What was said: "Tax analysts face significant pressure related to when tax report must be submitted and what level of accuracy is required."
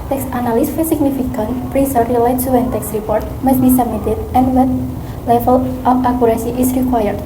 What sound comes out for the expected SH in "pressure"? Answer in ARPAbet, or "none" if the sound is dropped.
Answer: S